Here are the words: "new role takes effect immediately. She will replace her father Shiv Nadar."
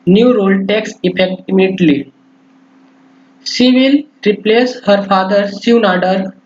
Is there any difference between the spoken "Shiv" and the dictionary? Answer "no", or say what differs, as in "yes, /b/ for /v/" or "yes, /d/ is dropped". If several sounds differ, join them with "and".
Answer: yes, /s/ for /ʃ/